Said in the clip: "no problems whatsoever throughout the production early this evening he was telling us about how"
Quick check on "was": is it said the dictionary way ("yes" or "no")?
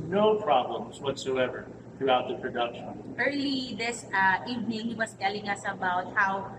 no